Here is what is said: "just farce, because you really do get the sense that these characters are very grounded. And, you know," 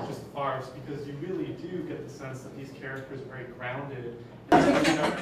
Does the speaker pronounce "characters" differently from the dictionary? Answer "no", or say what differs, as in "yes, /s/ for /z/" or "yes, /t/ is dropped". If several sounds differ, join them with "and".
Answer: no